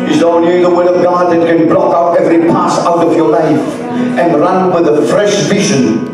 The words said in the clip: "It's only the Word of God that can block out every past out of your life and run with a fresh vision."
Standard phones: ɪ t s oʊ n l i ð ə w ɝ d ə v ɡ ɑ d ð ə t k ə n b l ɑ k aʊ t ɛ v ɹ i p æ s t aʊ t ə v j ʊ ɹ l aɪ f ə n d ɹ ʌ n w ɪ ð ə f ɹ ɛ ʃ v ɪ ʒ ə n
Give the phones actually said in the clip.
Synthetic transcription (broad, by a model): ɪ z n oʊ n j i ð ə w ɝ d ə v ɡ ɑ d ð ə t k ə n b l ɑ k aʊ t ɛ v ɹ i p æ s aʊ t ə v j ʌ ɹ l aɪ f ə n ɹ ʌ n w ɪ ð ə f ɹ ɛ ʃ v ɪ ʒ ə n